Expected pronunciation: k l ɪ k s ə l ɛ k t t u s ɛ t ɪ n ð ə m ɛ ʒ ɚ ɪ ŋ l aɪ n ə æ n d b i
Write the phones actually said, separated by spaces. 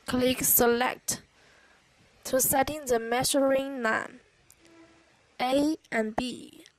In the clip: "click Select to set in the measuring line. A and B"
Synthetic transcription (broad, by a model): k l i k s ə l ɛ k t t u s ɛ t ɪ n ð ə m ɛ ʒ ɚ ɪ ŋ n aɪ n ə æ n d b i